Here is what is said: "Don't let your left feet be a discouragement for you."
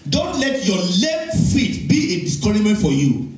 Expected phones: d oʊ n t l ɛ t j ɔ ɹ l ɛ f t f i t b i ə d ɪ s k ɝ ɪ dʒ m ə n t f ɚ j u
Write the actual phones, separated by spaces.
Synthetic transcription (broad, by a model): d oʊ n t l ɛ t j ɔ l ɛ f t f i t b i ə d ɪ s k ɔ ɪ m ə n t f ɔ j u